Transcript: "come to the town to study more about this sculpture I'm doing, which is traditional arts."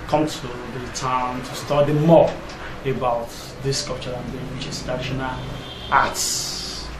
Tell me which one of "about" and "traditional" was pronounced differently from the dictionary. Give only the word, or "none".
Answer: traditional